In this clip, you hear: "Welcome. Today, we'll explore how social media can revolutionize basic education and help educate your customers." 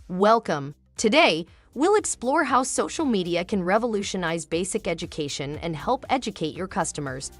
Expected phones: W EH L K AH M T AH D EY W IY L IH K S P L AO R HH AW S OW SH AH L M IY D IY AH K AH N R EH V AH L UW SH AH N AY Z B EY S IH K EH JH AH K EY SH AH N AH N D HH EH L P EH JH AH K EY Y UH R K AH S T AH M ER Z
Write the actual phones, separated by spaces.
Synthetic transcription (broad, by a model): W EH L K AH M T AH D EY W IY L IH K S P L AO R HH AW S OW SH L M IY D IY AH K AH N R EH V AH L UW SH AH N AY Z B EY S IH K EH JH AH K EY SH AH N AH N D HH EH L P EH JH AH K EY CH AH R K AH S T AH M ER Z